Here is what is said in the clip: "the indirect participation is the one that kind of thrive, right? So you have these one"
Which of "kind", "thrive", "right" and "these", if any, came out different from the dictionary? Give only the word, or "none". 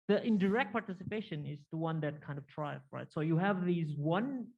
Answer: thrive